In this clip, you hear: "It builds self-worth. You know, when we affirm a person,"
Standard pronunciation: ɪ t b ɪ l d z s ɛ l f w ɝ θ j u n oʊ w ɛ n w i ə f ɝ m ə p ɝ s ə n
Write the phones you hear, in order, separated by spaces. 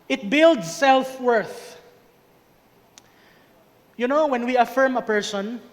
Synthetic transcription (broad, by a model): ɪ t b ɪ l d s ɛ l f w ɝ θ j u n oʊ w ɛ n w i ə f ɝ m ə p ɝ s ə n